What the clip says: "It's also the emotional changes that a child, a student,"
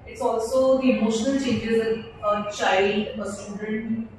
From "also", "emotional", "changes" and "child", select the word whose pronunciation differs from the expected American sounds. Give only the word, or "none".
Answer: child